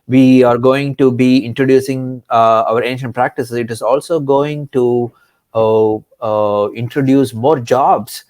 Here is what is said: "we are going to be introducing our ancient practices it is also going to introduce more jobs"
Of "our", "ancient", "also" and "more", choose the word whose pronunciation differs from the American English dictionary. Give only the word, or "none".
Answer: none